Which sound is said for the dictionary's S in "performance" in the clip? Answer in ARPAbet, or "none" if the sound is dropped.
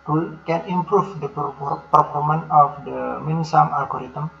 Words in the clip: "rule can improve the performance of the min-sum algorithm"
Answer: none